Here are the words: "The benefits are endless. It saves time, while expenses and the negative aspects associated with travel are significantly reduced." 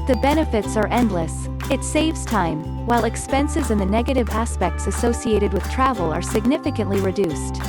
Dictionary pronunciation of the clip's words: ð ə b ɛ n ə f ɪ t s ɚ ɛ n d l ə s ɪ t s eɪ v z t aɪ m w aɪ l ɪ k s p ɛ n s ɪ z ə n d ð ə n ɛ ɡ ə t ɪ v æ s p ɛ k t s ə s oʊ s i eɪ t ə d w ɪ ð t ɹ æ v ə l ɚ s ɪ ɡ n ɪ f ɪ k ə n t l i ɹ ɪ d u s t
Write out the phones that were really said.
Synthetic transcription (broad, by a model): ð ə b ɛ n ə f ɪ t s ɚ ɛ n d l ə s ɪ t s eɪ v z t aɪ m w aɪ l ɪ k s p ɛ n s ɪ z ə n ð ə n ɛ ɡ ə t ɪ v æ s p ɛ k t s ə s oʊ s i eɪ t ə d w ɪ ð t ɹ æ v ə l ɚ s ɪ ɡ n ɪ f ɪ k ə n t l i ɹ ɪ d u s t